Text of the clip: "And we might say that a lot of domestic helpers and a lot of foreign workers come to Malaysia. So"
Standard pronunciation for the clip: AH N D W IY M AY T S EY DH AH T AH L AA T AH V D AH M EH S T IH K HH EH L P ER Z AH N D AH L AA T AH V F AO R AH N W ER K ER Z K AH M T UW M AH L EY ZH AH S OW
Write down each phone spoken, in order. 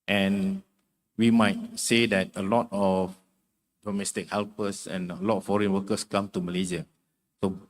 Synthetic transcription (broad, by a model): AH N W IY M AY T S EY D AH T AH L AA T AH F D AH M EH S T IH K HH EH L P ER S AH N AH L AA T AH F AO R AH N W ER K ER S K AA M T UW M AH L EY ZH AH S OW